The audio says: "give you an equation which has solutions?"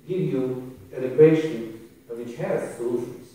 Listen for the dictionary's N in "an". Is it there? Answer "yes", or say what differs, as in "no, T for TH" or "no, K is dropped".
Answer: no, L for N